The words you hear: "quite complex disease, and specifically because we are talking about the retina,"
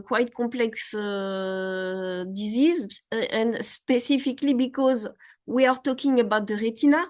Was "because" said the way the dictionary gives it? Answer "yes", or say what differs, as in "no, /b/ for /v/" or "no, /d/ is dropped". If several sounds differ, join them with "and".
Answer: yes